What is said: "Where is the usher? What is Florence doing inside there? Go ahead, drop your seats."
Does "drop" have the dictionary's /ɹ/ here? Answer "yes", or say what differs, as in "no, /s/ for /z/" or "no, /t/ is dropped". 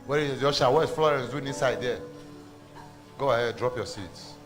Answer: yes